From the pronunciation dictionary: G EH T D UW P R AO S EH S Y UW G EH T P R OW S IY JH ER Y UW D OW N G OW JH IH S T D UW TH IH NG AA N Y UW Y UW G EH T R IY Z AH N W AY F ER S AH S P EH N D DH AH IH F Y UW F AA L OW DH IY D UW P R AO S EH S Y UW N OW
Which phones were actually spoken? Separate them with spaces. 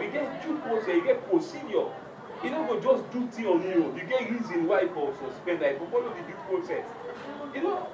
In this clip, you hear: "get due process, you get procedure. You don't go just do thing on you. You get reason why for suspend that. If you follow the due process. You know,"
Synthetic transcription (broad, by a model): G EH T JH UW P R AO S EH S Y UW G EH T P R OW S IY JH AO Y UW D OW G OW JH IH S D UW T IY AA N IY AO Y UW G EH T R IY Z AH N W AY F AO S AH S P EH N D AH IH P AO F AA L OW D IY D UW P R AO S EH S Y UW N OW